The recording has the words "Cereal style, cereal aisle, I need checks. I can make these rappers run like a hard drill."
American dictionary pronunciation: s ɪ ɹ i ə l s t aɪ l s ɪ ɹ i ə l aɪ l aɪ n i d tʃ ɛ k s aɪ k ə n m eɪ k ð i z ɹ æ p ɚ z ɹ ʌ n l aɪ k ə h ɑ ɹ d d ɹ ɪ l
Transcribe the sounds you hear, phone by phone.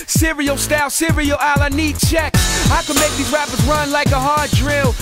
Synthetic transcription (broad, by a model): s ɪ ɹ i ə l s t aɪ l s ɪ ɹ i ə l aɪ l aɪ n i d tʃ ɛ k aɪ k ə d m eɪ k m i ɹ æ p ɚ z ɹ ʌ n l aɪ k ə h ɑ ɹ d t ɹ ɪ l